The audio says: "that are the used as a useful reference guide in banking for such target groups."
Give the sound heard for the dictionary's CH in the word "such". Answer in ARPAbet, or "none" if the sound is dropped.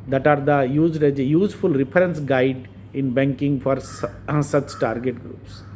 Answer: CH